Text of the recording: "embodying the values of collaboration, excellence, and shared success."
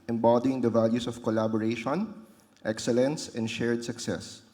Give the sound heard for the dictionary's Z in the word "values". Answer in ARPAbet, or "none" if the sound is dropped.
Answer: S